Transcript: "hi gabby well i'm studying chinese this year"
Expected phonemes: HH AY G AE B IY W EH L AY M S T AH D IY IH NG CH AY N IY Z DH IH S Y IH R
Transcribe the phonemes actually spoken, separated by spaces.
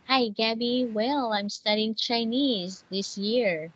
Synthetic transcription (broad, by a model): HH AY G AE B IY W EH L AY M S T AH D IY IH NG CH AY N IY Z DH IH S Y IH R